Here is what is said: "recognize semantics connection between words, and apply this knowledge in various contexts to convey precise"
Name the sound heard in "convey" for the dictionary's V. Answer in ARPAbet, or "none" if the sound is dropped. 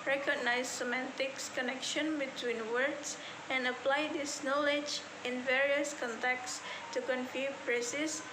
F